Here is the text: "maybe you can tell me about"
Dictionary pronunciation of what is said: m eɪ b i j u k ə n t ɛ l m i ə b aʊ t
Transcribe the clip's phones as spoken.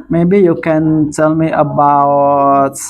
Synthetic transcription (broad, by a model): m eɪ b i j u k ə n t ɛ l m i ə b aʊ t